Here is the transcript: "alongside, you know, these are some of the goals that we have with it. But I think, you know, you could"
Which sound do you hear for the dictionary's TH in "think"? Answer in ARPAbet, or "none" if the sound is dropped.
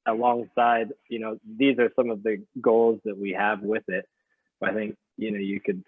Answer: TH